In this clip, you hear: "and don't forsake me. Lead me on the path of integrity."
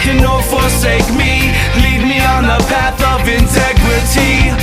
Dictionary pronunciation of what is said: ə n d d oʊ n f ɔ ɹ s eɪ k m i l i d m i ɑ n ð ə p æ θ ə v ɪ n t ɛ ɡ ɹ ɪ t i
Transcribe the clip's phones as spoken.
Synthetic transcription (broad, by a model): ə n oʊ f ɔ ɹ s eɪ k m i l i d m i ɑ n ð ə p æ θ ə v ɪ n t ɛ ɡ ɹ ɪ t i